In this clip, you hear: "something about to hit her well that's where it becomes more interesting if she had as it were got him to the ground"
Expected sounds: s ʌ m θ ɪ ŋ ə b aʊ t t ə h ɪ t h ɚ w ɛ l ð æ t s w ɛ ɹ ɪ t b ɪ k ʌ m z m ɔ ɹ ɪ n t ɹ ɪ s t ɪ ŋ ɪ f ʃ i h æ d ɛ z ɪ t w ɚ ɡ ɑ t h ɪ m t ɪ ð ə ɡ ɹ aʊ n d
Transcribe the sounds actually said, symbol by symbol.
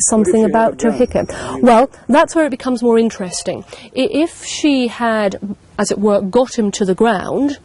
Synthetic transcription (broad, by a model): s ʌ m θ ɪ ŋ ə b aʊ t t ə h ɪ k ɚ w ɛ l ð æ t s w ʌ ɹ ɪ t b ɪ k ʌ m z m ɔ ɹ ɪ n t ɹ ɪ s t ɪ ŋ ɪ f ʃ i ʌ d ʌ z ɪ t w ɚ ɡ ɑ t h ɪ m t ɪ ð ə ɡ ɹ aʊ n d